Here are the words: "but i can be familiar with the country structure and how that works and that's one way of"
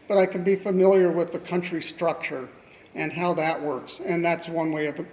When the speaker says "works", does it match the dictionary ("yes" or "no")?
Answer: yes